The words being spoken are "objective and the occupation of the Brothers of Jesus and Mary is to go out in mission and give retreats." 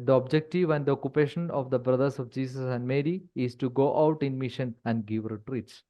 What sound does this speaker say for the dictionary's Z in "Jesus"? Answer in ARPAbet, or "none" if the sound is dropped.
S